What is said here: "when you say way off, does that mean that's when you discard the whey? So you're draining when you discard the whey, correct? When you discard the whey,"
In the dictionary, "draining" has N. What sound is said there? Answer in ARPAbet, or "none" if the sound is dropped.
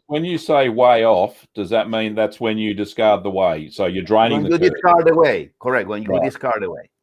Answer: none